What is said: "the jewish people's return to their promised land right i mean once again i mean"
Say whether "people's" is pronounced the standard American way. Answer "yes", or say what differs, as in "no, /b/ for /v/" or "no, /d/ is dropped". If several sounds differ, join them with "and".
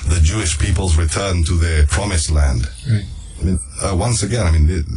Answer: yes